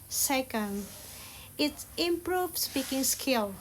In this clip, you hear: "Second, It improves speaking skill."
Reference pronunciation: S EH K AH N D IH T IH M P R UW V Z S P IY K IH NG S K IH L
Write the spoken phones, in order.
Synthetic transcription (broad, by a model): S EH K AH N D IH T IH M P R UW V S B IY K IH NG S K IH L